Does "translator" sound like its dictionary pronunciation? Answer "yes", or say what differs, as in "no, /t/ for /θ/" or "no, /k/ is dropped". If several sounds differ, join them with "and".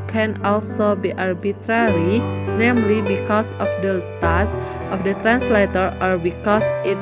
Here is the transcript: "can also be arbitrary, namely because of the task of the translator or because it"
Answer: yes